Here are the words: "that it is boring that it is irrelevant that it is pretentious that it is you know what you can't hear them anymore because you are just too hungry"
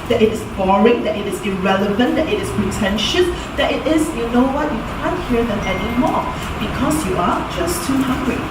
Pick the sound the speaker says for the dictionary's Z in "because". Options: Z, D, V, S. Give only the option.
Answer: S